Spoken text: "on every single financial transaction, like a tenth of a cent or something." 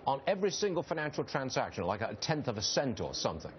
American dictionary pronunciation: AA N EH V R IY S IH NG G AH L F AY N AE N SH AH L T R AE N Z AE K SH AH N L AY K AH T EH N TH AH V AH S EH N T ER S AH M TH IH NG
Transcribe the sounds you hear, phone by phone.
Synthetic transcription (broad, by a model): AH N EH V R IY S IH NG G AH L F AY N AE N SH AH L T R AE N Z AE K SH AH N L AY K AH T EH N TH AH V AH S EH N T ER S AH M TH IH NG